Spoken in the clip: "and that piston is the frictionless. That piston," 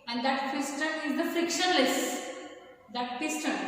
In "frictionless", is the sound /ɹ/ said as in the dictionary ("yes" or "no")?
yes